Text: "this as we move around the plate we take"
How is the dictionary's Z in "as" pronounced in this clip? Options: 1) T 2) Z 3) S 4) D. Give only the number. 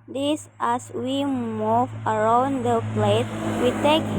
3